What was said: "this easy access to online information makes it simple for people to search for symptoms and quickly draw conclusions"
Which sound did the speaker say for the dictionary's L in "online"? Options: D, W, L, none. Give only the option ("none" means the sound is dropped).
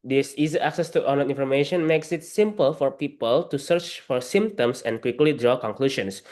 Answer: none